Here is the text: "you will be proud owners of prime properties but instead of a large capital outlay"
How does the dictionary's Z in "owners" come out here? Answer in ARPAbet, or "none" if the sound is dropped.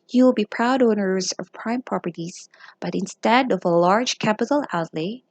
Z